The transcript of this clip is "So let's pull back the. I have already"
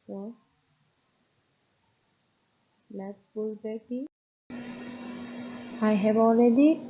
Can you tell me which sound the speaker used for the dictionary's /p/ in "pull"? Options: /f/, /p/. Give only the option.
/f/